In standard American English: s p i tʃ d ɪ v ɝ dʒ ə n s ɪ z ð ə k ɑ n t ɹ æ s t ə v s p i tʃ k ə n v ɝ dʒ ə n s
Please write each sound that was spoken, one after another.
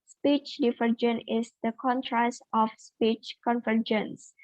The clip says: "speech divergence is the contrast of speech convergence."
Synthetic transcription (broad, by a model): s p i tʃ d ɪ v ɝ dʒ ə n ɪ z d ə k ɑ n t ɹ æ s t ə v s p i tʃ k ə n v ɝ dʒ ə n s